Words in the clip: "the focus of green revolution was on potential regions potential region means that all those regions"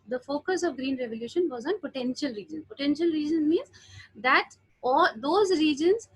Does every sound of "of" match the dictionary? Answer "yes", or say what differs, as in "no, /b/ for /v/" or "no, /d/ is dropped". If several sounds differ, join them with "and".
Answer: yes